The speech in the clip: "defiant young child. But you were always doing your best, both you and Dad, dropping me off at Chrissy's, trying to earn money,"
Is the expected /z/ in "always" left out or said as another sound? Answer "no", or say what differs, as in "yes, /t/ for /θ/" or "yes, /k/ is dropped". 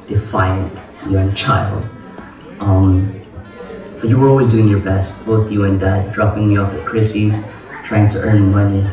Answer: no